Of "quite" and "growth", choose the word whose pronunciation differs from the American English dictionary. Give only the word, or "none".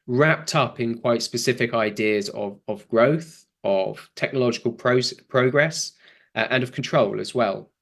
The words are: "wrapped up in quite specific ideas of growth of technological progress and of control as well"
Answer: none